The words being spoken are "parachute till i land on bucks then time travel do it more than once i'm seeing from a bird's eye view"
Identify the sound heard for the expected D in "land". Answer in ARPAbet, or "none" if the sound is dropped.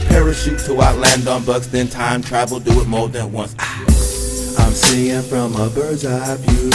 D